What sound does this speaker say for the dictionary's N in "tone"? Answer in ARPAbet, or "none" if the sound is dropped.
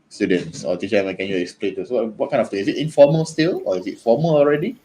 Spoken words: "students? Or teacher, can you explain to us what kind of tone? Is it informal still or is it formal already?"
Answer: none